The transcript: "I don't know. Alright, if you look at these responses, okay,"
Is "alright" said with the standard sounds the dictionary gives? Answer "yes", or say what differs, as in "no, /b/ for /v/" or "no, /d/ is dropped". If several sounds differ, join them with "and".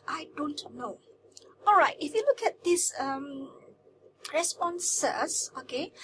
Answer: yes